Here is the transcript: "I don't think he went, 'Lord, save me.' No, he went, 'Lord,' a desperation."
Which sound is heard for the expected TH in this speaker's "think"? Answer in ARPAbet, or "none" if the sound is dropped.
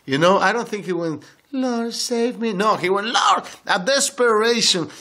TH